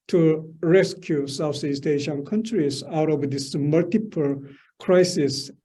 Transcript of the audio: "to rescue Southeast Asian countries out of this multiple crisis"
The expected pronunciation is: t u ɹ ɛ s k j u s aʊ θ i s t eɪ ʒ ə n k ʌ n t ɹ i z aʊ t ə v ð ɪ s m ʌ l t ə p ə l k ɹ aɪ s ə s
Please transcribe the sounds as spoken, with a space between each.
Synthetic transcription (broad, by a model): t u ɹ ɛ s k j u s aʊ s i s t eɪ ʃ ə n k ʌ n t ɹ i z aʊ t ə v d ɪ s m ʌ l t ə p ə l k ɹ aɪ s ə s